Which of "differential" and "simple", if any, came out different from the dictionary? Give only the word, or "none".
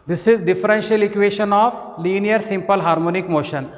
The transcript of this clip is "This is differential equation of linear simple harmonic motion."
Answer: none